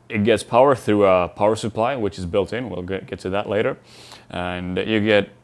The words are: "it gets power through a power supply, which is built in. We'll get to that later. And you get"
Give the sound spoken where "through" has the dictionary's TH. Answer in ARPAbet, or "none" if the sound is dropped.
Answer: TH